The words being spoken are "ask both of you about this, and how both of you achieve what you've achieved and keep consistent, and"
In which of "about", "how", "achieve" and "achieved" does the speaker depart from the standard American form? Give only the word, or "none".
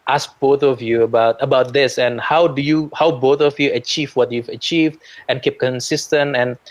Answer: none